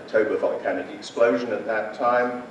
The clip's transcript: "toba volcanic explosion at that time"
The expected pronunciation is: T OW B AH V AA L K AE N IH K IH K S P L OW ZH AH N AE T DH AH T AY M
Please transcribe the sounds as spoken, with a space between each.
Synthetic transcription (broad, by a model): T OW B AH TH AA N K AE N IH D IH K S P L OW ZH AH N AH T DH AH T AY M